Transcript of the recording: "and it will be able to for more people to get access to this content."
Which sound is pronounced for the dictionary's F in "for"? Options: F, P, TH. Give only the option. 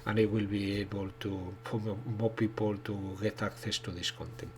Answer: P